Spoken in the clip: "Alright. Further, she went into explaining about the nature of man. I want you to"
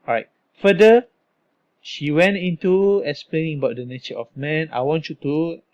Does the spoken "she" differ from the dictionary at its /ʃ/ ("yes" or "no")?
no